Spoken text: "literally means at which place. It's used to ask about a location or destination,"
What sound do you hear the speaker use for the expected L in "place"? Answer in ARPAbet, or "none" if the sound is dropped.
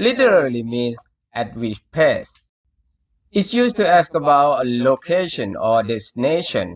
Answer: none